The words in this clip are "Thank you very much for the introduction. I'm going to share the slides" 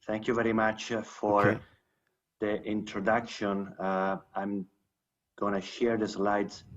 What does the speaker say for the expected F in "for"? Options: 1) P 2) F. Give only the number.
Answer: 2